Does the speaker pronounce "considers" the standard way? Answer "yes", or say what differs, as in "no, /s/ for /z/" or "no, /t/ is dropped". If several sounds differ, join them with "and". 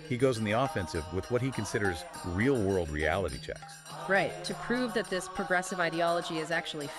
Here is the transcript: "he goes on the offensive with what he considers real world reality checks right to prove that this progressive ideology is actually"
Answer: yes